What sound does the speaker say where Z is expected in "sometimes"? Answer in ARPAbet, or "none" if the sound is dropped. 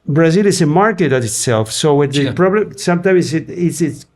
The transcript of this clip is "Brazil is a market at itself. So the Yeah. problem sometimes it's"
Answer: S